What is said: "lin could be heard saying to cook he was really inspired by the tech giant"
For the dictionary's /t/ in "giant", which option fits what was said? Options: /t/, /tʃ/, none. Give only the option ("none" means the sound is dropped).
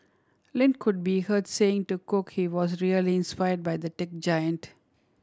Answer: /t/